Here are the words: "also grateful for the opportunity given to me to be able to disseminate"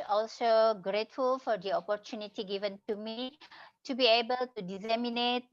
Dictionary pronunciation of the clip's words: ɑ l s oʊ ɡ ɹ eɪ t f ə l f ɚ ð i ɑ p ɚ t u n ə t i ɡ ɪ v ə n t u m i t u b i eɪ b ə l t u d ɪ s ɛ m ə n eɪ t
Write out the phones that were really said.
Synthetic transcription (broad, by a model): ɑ l s oʊ ɡ ɹ eɪ t f ə l f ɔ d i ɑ p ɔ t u n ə t i ɡ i v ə n t u m i t u b i eɪ b ə l t u d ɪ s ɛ m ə n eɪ t